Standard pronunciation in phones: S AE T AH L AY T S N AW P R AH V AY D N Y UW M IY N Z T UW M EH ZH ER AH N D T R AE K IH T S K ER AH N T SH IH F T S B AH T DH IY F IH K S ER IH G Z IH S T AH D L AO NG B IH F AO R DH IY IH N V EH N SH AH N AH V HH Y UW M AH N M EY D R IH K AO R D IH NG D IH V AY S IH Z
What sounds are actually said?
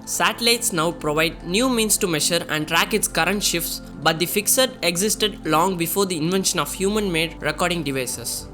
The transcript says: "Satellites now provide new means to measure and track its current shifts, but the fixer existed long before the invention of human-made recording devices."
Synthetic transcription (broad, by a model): S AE T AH L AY T S N AW P R AH V AY D N Y UW M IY N S T UW M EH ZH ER AH N D T R AE K IH T S K ER AH N T SH IH F T S B AH T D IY F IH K S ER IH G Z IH S T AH D L AO NG B IH F AO R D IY IH N V EH N SH AH N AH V HH Y UW M AH N M EY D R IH K AO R D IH NG D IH V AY S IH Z